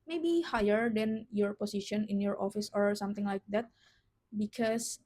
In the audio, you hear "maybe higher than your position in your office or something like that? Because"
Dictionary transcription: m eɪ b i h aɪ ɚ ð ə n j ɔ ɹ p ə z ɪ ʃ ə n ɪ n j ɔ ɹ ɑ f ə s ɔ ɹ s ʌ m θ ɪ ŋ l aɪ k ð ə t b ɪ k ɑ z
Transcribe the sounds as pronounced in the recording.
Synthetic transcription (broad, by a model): m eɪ b i h aɪ ɚ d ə n j ɔ ɹ p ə s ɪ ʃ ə n ɪ n j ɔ ɹ ɑ f ə s ɔ ɹ s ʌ m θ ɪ ŋ l aɪ k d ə t b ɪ k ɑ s